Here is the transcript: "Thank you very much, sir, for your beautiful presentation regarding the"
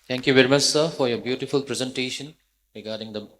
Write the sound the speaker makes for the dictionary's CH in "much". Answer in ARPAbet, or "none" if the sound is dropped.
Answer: S